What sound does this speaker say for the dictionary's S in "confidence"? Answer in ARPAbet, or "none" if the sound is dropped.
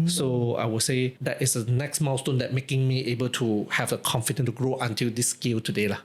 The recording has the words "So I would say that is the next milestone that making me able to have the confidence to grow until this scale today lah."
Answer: none